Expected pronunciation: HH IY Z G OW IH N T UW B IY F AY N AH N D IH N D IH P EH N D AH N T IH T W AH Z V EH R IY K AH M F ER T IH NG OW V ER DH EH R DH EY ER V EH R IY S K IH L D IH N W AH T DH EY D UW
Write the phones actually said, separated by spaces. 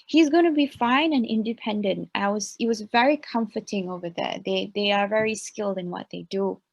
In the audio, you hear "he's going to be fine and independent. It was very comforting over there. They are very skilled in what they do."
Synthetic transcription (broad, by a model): HH IY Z G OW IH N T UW B IY F AY N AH N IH N D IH P EH N D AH N T IH T W AH Z V EH R IY K AH M F ER T IH NG OW V ER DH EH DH DH EY ER V EH R IY S K IH L D IH N W AH T DH EY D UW